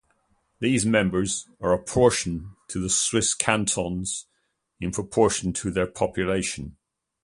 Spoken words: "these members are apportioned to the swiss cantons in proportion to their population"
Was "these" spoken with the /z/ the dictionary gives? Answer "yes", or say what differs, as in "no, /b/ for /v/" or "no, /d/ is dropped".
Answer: yes